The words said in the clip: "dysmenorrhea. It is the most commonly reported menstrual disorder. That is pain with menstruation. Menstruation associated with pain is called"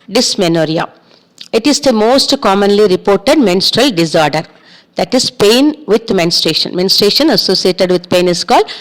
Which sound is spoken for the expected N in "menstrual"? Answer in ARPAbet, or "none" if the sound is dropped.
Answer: N